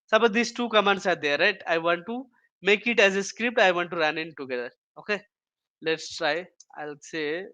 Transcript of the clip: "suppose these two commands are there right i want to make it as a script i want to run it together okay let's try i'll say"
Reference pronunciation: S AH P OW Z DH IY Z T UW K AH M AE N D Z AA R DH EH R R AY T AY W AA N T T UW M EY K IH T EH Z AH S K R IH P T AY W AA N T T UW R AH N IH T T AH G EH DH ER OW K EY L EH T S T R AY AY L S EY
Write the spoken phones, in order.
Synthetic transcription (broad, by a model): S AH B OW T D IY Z T UW K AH M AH N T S AA R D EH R R AY T AY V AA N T T UW M EY K IH T EH Z AH S K R IH P T AY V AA N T T UW R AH N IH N T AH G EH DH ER OW K EY L EH T S T R AY AY L S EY